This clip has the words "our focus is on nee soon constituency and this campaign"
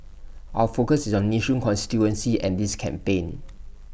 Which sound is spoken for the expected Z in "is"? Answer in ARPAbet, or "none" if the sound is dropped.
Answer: S